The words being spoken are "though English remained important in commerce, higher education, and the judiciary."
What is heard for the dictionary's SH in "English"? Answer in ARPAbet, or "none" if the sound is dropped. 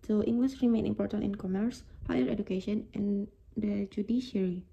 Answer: S